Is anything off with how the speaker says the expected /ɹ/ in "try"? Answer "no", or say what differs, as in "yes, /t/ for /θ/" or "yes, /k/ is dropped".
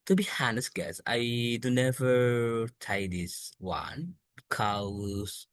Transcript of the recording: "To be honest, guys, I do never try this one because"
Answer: yes, /ɹ/ is dropped